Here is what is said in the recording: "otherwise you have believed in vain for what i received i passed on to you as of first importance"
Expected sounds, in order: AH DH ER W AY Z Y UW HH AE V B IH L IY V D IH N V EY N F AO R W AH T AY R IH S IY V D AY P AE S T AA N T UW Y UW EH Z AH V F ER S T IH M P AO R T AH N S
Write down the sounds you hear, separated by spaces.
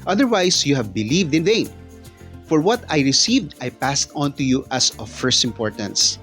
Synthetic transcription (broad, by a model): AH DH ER W AY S Y UW HH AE V B IH L IY V D IH N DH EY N F AO R W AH T AY R IH S IY V D AY P AE S T AA N T UW Y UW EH S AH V F ER S T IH M P AO R T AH N S